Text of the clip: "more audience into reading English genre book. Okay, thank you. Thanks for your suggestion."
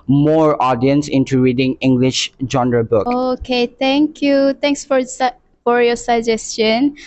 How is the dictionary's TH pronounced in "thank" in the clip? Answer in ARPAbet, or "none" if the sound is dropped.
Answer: T